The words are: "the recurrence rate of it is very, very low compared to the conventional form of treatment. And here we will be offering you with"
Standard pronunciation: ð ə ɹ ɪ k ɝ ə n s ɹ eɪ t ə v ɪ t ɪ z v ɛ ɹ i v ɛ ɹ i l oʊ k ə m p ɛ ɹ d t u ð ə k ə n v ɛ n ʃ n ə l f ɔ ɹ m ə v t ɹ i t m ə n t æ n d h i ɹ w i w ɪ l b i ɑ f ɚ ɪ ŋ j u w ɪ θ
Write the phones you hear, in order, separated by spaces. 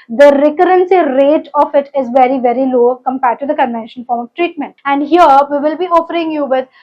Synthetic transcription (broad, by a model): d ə ɹ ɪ k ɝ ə n s ɹ eɪ t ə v ɪ t ɪ z v ɛ ɹ i v ɛ ɹ i l oʊ k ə m p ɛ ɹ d t u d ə k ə n v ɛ n ʃ ə n f ɔ ɹ m ə v t ɹ i t m ə n t æ n d h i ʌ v i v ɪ l b i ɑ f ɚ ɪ ŋ j u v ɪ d